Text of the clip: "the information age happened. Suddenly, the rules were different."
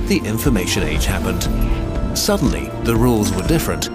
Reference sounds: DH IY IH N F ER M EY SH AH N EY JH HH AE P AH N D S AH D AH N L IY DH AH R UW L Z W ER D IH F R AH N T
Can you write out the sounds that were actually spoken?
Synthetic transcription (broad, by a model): DH IY IH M F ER M EY SH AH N EY JH HH AE P AH N D S AH D N L IY DH AH R UW L Z W ER D IH F R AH N T